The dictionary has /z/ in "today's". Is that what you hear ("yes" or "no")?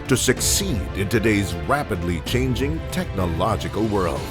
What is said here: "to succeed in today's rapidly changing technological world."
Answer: yes